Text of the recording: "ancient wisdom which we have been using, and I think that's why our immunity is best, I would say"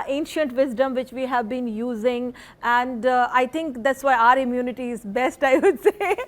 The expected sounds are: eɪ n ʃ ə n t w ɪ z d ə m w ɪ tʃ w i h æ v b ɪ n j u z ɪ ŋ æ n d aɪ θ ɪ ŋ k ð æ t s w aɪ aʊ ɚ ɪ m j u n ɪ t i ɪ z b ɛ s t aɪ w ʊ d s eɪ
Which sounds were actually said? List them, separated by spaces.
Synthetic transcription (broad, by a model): eɪ n ʃ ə n t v ɪ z d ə m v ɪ tʃ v i h æ v b ɪ n j u z ɪ ŋ æ n d aɪ t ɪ ŋ k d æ t s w aɪ aʊ ɚ ɪ m j u n ɪ t i ɪ z b ɛ s t aɪ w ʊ d s eɪ